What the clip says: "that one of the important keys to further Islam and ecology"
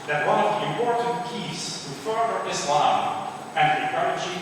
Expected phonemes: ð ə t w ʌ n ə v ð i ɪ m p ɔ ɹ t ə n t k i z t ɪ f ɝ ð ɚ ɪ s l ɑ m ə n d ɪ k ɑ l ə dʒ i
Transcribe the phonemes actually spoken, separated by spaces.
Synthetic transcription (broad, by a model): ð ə t w ʌ n ə v ð i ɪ m p ɔ ɹ t n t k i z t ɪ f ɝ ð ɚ ɪ s l ɑ m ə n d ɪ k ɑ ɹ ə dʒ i